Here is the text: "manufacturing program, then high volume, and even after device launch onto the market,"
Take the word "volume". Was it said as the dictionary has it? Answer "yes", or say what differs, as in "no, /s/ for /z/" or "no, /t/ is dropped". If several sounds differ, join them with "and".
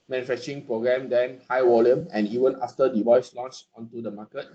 no, /w/ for /v/